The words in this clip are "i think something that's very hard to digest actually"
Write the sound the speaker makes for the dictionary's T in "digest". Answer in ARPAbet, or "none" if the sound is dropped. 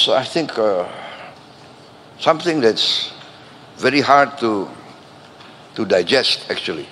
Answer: T